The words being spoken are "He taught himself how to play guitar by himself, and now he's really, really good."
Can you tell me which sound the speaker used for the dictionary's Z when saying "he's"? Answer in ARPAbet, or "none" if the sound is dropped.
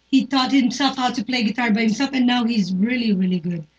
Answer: Z